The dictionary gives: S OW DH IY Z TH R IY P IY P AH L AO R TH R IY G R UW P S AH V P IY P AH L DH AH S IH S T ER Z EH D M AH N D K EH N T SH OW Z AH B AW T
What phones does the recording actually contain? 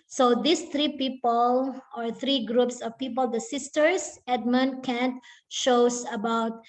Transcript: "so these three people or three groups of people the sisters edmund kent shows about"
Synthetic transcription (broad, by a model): S OW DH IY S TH R IY P IY P AH L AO R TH R IY G R UW P S AH V P IY P AH L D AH S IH S T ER S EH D M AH N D K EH N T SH OW S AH B AW T